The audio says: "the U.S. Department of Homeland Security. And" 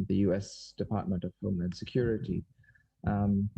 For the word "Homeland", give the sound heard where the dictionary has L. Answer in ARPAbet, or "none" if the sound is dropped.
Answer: none